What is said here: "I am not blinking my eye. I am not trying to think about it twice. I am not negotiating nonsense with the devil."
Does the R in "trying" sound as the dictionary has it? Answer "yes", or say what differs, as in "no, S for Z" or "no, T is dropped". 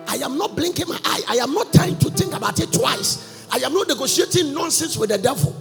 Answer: no, R is dropped